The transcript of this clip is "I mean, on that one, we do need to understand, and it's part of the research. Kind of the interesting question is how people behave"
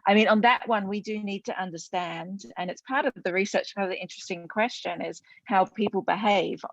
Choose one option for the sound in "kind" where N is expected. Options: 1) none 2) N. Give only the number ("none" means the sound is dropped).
1